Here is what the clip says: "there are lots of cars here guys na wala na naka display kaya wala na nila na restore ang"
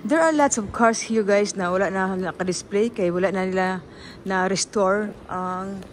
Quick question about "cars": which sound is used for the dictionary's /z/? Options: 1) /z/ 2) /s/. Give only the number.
2